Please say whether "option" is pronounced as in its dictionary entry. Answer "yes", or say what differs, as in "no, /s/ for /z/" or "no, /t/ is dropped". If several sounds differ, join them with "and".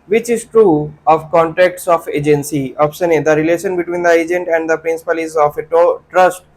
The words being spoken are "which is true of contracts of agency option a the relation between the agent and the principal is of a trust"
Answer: no, /s/ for /ʃ/